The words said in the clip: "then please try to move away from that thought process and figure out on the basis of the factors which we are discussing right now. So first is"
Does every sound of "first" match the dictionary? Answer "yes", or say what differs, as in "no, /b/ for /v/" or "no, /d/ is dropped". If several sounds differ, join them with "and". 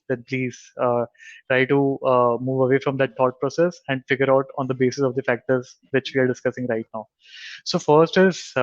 yes